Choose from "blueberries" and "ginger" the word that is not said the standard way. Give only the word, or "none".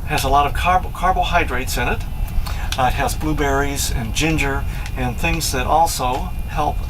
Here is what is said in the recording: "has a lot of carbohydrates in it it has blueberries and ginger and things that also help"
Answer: none